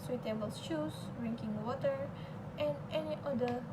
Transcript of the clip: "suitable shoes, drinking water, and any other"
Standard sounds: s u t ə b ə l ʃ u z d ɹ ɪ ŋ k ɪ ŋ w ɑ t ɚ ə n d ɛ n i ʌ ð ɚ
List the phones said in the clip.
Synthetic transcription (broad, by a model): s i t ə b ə l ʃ u s d ɹ ɪ ŋ k ɪ ŋ w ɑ t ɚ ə n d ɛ n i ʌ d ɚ